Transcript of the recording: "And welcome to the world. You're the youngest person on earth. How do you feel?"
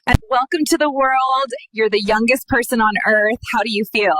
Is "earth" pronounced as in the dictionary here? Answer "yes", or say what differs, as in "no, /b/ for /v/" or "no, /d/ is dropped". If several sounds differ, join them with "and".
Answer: yes